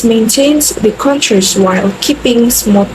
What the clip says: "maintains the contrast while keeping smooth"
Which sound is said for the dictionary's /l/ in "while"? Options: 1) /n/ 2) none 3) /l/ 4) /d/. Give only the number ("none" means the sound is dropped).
3